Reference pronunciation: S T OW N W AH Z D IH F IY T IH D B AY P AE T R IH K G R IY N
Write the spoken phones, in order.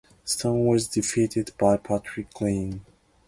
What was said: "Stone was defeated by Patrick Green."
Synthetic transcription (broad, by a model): S T OW N W AH Z D IH F IY T IH D B AY P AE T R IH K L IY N